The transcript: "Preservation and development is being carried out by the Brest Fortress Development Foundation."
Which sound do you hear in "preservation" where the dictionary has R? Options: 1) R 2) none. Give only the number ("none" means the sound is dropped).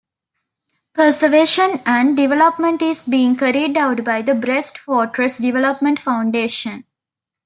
2